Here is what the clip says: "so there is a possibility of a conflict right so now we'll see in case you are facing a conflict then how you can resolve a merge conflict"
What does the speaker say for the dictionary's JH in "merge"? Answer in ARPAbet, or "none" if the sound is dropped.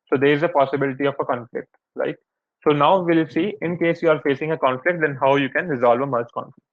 CH